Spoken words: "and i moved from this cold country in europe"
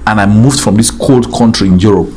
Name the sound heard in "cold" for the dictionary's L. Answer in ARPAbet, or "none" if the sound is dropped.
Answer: L